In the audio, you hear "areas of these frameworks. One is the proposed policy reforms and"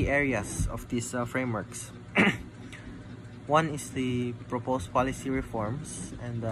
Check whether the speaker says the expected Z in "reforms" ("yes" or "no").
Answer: no